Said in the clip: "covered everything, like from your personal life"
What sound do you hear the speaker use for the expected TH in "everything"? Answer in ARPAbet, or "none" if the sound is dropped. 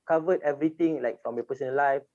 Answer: T